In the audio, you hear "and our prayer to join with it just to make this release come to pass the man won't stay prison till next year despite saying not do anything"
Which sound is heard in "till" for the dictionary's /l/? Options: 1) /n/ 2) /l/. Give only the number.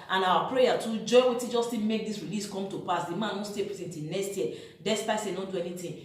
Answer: 1